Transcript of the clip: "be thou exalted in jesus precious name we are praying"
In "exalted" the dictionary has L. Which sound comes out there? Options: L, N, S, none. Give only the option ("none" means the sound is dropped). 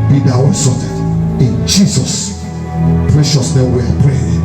none